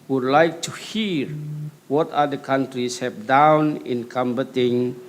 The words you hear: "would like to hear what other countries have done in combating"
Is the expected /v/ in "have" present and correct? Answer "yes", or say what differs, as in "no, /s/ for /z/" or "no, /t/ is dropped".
no, /p/ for /v/